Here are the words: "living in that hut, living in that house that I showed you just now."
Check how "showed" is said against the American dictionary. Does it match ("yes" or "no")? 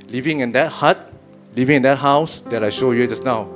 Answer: yes